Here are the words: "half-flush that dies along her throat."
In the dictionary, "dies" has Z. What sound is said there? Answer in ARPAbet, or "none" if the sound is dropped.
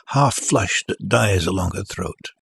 Z